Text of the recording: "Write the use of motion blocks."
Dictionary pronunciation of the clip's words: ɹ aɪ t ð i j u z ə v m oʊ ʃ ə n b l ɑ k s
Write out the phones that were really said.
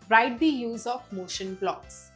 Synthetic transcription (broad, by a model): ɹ aɪ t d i j u z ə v m oʊ ʃ ə n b l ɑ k s